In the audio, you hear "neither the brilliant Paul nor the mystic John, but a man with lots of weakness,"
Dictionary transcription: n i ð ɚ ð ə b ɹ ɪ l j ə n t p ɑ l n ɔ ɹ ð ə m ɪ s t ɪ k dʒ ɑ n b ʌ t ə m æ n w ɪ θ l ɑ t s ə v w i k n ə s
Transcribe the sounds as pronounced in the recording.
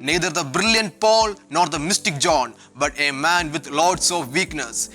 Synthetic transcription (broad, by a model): n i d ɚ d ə b ɹ ɪ l j ə n t p ɑ l n ɔ ɹ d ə m ɪ s t ɪ k dʒ ɑ n b ʌ t ə m æ n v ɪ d l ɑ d s ə v i k n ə s